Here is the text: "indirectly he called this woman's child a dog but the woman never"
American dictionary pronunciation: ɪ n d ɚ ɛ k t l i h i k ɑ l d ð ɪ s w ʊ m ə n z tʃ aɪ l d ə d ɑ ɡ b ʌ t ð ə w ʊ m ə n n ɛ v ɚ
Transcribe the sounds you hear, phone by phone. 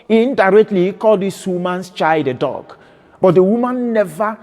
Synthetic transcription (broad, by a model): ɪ n d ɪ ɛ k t l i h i k ɑ l d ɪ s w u m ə n s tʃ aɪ d ə d ɑ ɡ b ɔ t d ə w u m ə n n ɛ v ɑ